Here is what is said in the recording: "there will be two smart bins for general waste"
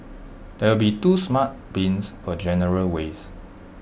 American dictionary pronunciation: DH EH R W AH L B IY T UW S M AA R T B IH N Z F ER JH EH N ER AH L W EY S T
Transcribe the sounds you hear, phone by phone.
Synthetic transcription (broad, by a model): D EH W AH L B IY T UW S M AA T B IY N S F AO JH EH N ER AH L W EY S